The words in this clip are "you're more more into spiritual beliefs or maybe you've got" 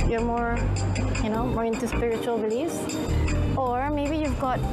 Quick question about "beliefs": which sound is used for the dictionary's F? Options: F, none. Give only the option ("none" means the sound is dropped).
none